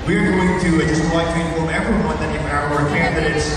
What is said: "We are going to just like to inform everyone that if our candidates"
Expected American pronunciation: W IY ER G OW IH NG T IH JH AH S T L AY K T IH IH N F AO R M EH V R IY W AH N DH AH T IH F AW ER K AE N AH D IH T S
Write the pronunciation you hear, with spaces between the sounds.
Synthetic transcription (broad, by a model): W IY ER G OW IH NG T IH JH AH S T W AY T IH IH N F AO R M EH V R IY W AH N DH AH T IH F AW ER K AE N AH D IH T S